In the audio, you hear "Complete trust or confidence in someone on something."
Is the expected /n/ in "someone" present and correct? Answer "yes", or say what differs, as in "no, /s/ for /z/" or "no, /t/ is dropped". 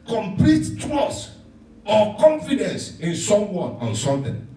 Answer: no, /n/ is dropped